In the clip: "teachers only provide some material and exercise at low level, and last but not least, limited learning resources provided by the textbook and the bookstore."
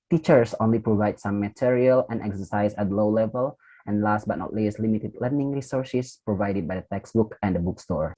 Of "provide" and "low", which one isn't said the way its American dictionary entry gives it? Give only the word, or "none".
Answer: none